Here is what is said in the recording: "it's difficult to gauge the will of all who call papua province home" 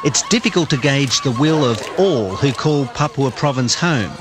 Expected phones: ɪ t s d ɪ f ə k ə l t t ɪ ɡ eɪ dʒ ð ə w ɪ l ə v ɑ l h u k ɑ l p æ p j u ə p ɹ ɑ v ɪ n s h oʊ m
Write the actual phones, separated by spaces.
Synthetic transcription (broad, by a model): ɪ t s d ɪ f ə k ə l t t ɪ ɡ eɪ dʒ ð ə w ɪ l ə v ɑ l h u k ɑ l p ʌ p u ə p ɹ ɑ v ɪ n s h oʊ m